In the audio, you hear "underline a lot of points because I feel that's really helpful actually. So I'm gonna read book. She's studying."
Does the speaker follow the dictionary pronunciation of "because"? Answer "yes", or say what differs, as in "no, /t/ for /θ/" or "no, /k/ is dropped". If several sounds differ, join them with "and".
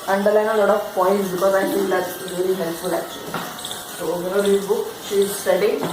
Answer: no, /z/ is dropped